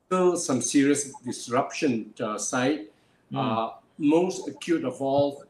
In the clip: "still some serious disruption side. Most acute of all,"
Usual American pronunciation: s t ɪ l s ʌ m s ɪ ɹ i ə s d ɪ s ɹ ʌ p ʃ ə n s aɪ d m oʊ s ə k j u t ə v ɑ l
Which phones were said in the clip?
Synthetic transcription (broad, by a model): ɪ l s ʌ m s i ɹ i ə s d ɪ s ɹ ʌ p ʃ ə n s aɪ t m oʊ s ə k j u t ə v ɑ l